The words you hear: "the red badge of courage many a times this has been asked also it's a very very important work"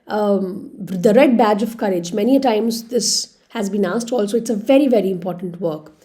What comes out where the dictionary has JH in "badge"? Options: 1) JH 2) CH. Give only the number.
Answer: 1